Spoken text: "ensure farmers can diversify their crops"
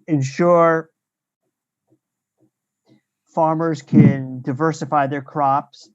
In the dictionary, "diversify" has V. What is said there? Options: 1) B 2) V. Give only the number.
2